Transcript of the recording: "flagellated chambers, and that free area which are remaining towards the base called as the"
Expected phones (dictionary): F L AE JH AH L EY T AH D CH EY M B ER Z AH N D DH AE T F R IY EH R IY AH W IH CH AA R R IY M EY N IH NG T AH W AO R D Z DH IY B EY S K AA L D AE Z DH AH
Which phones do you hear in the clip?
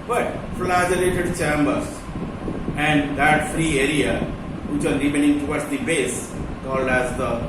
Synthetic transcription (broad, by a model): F L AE JH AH L EY T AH D CH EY M B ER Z AH N D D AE T F R IY EH R IY AH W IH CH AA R R IY M EY N IH NG T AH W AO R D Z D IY B EY S K AA L D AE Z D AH